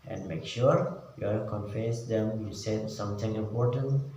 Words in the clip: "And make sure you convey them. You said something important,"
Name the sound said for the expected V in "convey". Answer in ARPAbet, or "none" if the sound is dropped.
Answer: F